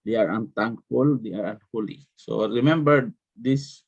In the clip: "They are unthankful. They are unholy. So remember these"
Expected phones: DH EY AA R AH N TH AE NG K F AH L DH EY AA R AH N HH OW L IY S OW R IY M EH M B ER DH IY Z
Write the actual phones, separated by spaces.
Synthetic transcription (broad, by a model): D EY AA R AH N T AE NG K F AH L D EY AA R AH N HH OW L IY S OW R IY M EH M B ER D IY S